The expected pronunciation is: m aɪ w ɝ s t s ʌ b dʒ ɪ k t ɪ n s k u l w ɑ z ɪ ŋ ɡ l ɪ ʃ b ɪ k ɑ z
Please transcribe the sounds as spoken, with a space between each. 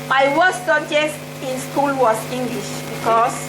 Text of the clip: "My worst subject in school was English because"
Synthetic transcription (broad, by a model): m aɪ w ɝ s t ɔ dʒ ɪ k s ɪ n s k u l w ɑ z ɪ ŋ ɡ l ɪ ʃ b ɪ k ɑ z